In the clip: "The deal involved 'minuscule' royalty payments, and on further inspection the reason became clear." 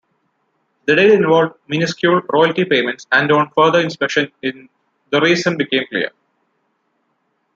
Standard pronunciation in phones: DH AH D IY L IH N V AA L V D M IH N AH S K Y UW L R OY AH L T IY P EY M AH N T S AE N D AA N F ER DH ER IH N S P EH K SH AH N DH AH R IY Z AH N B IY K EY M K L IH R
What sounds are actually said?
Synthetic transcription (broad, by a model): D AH D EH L IH N V AA L V D M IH N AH S K Y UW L R OY AH L T IY P EY M AH N T S AE N D AA N F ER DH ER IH N S P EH K SH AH N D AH R IY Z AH N B IY K EY M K L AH R